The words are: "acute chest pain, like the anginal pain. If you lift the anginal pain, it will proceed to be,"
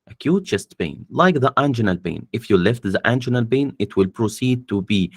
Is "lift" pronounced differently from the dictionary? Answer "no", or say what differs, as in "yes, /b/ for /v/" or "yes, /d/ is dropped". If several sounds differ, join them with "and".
no